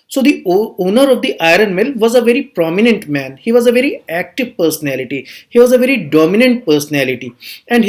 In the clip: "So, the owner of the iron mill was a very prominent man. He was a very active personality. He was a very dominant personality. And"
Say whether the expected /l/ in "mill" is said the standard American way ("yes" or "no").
yes